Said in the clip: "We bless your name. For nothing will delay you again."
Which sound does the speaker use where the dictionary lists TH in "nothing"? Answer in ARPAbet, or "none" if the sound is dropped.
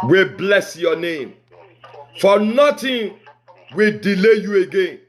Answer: T